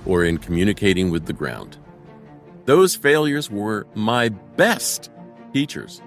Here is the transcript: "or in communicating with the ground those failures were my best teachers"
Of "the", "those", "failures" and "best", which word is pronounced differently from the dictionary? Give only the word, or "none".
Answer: none